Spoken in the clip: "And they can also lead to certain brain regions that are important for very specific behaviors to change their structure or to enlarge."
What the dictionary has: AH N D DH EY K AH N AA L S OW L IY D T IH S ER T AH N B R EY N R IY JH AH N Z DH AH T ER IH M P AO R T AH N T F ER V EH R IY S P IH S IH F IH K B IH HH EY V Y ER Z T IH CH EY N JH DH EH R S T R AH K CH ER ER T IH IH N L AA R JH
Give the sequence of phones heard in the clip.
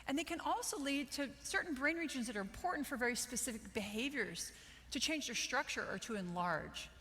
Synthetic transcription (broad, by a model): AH N DH EY K AH N AA L S OW L IY D T IH S ER T N B R EY N R IY JH AH N Z DH AH T ER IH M P AO R T N T F ER V EH R IY S P IH S IH F IH K B IH HH EY V Y ER Z T IH CH EY N JH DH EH R S T R AH K CH ER ER T IH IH N L AA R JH